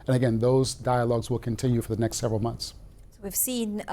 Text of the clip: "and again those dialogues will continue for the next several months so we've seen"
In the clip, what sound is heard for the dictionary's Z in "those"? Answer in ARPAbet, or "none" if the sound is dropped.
Z